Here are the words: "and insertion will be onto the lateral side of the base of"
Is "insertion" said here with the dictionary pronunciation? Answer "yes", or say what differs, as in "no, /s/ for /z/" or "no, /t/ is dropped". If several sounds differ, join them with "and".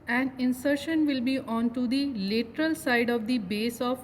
yes